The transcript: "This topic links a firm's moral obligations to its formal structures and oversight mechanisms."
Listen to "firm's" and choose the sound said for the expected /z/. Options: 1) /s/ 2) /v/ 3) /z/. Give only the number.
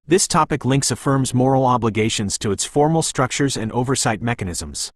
3